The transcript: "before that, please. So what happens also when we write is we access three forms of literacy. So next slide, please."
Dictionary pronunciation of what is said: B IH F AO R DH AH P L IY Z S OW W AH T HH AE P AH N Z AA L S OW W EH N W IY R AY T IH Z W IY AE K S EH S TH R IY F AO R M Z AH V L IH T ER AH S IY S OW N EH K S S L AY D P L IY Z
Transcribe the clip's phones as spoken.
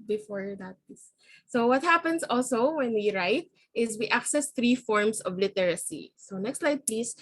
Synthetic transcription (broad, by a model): B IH F AO R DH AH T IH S S OW W AH T HH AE P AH N S AA L S OW W EH N W IY R AY T IH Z W IY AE K S EH S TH R IY F AO R M S AH V L IH T ER AH S IY S OW N EH K S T L AY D P L IY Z